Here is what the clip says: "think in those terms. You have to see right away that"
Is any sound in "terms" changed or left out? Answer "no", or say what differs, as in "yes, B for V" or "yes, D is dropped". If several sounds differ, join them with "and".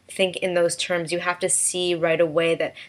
no